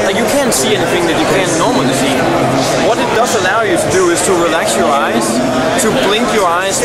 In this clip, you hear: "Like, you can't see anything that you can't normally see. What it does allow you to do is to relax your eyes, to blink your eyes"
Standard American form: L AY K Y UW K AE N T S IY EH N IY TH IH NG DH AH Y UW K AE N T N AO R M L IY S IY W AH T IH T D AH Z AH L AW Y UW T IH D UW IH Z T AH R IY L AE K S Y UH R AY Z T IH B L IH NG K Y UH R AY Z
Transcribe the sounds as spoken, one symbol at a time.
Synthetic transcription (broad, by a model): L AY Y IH K AE N T S IY EH N IY TH IH NG DH AH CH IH K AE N N AO R M L IY S IY W AH T IH T D AH Z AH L AW Y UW T IH D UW IH Z T AH R IY L AE K S Y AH R AY Z T IH B L IH NG K Y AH R AY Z